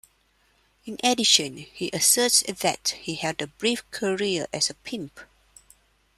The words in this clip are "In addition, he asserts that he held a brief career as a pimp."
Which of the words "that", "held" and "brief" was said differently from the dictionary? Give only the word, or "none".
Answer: held